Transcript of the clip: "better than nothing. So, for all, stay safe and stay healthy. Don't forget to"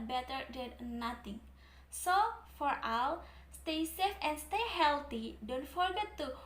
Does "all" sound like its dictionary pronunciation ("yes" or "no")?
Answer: no